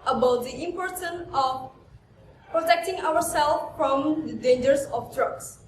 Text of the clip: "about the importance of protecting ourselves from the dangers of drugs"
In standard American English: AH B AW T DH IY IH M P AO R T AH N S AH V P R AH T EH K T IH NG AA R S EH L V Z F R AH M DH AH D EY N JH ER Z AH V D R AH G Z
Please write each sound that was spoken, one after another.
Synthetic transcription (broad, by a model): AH B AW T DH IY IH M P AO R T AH N AH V P R AH T EH K T IH NG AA R S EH L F R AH M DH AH D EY N JH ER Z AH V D R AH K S